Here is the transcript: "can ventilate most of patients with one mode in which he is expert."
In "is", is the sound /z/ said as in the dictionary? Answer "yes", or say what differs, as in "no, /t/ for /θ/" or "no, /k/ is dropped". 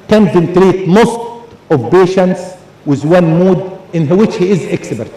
yes